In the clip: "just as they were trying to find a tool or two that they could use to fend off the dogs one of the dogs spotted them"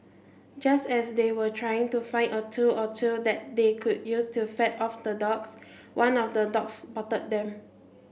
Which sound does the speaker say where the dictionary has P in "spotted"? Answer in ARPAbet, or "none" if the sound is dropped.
B